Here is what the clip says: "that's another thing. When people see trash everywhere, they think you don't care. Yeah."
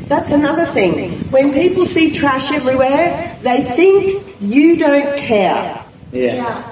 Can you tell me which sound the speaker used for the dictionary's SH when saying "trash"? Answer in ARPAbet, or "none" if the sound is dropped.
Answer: SH